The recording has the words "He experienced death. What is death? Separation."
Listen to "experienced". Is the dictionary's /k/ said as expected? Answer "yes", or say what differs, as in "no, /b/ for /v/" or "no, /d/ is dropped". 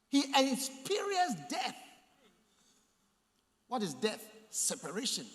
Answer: no, /k/ is dropped